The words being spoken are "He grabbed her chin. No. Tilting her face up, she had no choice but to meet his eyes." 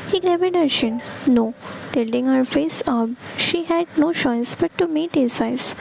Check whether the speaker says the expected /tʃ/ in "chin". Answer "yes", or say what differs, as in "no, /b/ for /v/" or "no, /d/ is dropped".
no, /ʃ/ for /tʃ/